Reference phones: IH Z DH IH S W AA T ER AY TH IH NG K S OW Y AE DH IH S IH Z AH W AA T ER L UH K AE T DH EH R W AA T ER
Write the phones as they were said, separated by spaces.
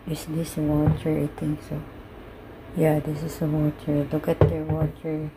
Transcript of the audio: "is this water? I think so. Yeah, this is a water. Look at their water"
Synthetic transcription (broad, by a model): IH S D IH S W AA T ER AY T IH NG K S OW Y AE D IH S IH S AH W AA T ER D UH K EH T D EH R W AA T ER